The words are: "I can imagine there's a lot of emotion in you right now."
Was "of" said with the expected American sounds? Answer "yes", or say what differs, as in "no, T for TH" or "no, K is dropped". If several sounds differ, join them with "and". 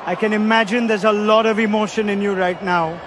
yes